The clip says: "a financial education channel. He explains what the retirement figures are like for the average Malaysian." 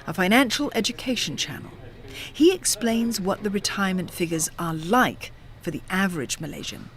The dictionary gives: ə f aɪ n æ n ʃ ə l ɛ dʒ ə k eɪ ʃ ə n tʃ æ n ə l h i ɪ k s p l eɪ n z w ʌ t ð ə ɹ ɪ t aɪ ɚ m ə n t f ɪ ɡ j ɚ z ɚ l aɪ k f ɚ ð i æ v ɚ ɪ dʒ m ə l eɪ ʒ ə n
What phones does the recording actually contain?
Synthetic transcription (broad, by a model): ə f aɪ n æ n ʃ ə l ɛ dʒ ə k eɪ ʃ ə n tʃ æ n l h i ɪ k s p l eɪ n z w ʌ t ð ə ɹ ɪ t aɪ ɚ m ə n t f ɪ ɡ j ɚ z ɚ l aɪ k f ɚ ð i æ v ɚ ɪ dʒ m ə l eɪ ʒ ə n